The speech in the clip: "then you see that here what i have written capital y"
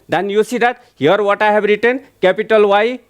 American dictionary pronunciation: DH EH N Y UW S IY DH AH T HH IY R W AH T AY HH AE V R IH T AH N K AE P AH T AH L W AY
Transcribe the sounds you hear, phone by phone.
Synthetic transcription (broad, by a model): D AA N Y UW S IY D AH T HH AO R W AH T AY HH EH B R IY T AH N K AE P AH T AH L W AY